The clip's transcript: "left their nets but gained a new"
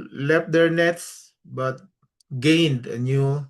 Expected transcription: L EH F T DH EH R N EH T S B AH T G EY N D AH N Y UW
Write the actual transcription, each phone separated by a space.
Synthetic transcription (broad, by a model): L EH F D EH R N EH T S B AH T G EY N D AH N Y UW